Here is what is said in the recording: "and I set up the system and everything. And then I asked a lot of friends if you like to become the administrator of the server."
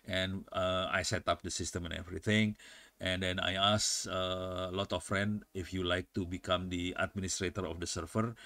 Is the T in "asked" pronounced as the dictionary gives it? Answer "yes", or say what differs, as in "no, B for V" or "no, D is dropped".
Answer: no, T is dropped